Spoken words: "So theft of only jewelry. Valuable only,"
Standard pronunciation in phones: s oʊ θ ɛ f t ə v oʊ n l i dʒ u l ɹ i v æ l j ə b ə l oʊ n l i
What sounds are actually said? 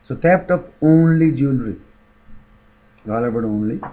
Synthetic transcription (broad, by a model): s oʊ t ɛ p t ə p oʊ n l i dʒ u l ɹ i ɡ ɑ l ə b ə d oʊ n l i